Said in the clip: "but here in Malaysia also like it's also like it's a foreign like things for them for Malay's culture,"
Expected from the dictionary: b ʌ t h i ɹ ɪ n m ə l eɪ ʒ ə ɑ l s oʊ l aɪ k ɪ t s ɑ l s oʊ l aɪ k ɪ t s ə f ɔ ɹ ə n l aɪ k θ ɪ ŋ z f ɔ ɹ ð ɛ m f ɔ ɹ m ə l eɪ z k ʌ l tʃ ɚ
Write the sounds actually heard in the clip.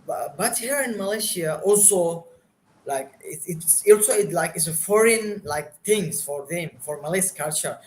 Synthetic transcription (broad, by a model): b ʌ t h i ɹ ɪ n m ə l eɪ ʃ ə ɑ l s oʊ l aɪ k ɪ t s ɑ l s oʊ l aɪ k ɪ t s ə f ɔ ɹ ə n l aɪ k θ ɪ ŋ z f ɔ ɹ ð ɛ m f ɔ ɹ m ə l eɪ s k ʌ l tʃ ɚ